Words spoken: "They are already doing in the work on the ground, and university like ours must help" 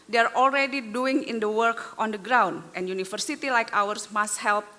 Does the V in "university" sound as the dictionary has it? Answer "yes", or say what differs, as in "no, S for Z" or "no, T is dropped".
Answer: no, F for V